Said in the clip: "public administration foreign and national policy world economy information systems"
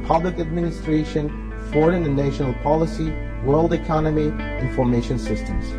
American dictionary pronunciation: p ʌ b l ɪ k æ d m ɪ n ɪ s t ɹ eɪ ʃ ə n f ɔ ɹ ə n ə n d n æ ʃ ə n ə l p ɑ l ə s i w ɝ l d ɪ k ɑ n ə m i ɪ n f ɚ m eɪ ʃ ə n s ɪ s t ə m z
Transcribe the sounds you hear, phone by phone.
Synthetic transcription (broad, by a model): p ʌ b l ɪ k æ d m ɪ n ɪ s t ɹ eɪ ʃ ə n f ɔ ɹ ə n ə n n æ ʃ ə n ə l p ɑ l ə s i w ɝ l d ɪ k ɑ n ə m i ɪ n f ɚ m eɪ ʃ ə n s ɪ s t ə m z